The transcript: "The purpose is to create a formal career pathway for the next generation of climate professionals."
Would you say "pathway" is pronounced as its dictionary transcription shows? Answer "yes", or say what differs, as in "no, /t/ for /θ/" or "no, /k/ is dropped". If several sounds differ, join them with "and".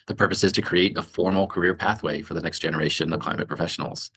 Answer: yes